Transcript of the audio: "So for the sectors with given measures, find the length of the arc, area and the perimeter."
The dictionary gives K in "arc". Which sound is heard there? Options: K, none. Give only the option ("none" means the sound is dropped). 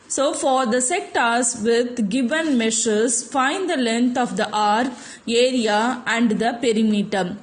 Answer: none